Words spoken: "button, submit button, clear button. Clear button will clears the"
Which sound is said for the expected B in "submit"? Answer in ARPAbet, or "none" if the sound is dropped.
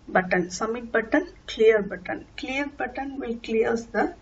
none